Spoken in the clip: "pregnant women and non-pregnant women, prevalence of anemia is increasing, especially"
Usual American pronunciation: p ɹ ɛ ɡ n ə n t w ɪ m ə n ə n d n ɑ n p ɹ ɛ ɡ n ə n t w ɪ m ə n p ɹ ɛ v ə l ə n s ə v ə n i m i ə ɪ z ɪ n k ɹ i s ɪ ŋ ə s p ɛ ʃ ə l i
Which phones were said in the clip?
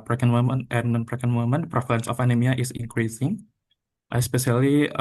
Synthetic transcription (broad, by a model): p ɹ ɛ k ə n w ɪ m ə n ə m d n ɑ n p ɹ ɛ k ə n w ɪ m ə n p ɹ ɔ f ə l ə n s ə f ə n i m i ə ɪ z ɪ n k ɹ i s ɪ ŋ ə s p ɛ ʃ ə l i